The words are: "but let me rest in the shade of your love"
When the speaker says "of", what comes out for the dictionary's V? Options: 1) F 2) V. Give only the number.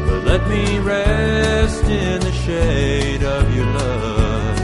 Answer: 2